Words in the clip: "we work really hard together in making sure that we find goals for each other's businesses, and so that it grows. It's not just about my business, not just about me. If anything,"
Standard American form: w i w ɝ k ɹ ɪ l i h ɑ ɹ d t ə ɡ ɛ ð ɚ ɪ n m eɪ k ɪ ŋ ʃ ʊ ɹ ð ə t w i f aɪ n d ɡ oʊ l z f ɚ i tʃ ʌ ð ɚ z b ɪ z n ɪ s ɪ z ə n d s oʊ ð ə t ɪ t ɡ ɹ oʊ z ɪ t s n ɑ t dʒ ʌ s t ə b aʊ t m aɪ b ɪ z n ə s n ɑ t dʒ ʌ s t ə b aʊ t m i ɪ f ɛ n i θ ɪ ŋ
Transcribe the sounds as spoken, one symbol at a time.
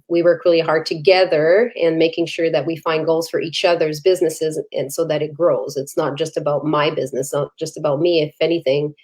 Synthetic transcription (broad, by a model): w i w ɝ k ɹ ɪ l i h ɑ ɹ d t ə ɡ ɛ ð ɚ ɪ n m eɪ k ɪ ŋ ʃ ʊ ɹ ð ə t w i f aɪ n ɡ oʊ l z f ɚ i tʃ ʌ ð ɚ z b ɪ z n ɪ s ɪ z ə n s oʊ ð ə t ɪ t ɡ ɹ oʊ z ɪ t s n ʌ t dʒ ʌ s t ə b aʊ t m aɪ b ɪ z n ə s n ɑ t dʒ ʌ s t ə b aʊ t m i ɪ f ɛ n i θ ɪ ŋ